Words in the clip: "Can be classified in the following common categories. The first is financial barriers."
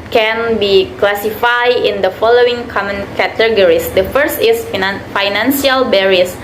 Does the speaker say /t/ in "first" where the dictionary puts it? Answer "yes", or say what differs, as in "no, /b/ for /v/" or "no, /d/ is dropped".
yes